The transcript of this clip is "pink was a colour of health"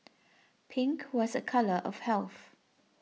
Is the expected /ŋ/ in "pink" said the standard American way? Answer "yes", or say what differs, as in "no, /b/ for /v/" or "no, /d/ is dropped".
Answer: yes